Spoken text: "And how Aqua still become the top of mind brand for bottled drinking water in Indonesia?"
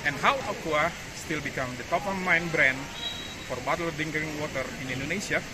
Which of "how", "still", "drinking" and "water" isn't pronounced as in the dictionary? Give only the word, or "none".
drinking